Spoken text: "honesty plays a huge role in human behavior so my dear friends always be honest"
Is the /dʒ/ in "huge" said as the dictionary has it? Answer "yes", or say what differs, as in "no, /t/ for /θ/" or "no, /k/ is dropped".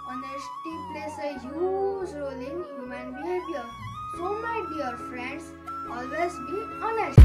no, /z/ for /dʒ/